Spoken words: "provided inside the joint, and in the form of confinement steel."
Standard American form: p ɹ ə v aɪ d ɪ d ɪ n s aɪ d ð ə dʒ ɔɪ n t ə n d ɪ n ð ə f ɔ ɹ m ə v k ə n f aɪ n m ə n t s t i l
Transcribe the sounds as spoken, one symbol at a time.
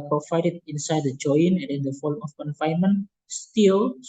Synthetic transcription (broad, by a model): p ɹ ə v aɪ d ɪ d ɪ n s aɪ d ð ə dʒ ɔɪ n ə n d ɪ n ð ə f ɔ l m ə f k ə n f aɪ n m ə n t s t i l